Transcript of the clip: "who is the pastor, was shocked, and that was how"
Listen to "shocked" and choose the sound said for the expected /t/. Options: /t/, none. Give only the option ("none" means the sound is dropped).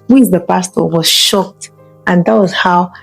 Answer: /t/